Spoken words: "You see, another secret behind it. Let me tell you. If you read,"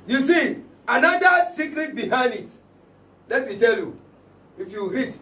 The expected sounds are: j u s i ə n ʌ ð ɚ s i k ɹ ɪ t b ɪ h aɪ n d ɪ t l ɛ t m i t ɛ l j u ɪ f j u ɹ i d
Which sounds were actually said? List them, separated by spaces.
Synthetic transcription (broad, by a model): j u s i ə n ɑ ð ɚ s i k ɹ ɪ t b ɪ h aɪ n d ɪ t l ɛ t m i t ɛ l j u ɪ f j u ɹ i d